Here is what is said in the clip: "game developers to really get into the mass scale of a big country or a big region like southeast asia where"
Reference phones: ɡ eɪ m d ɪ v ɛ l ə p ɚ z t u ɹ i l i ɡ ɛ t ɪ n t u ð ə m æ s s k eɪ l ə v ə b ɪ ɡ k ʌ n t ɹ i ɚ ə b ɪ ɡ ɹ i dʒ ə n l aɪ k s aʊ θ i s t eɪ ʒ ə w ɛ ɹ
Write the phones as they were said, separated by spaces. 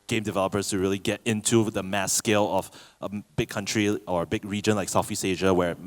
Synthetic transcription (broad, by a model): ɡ eɪ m d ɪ v ɛ l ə p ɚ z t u ɹ i l i ɡ ɛ t ɪ n t u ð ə m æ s s k eɪ l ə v ə b ɪ ɡ k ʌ n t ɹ i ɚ ə b ɪ ɡ ɹ i dʒ ə n l aɪ k s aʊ f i s eɪ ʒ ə w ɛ ɹ